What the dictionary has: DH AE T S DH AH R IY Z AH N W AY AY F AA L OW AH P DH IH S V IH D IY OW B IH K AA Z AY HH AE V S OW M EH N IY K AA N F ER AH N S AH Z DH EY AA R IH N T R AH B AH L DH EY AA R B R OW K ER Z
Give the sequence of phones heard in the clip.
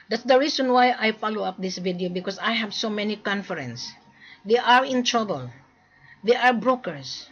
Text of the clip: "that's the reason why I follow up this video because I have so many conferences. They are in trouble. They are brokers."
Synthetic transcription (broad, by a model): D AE T S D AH R IY S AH N W AY AY F AA L OW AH P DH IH S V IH D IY OW B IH K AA S AY HH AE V S OW M EH N IY K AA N F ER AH N S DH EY AA R IH N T R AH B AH L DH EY AA R B R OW K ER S